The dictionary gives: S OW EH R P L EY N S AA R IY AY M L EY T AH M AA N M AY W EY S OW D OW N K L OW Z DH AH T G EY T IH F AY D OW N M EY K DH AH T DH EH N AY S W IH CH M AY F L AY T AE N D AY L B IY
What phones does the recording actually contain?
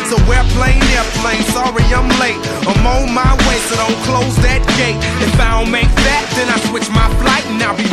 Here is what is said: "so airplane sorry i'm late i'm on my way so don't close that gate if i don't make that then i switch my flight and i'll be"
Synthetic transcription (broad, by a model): S OW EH L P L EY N S AA R IY AY M L EY T AH M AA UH M AY W EY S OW D OW N K L OW Z DH AH T G EY T IH F AY D OW N M EY K DH AH T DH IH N AY S W IH CH M AY F L AY T N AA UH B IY